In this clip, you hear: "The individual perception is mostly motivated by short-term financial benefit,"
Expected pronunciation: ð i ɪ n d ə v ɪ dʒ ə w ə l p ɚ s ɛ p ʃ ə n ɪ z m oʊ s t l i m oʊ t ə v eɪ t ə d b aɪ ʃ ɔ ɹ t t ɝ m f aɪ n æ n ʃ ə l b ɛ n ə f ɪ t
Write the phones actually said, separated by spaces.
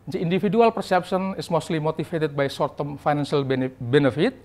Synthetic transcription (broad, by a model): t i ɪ n d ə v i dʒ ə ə l p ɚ s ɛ p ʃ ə n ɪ s m oʊ s t l i m oʊ t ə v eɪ t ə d b aɪ s ɔ ɹ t t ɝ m f aɪ n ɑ n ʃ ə l b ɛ n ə f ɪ t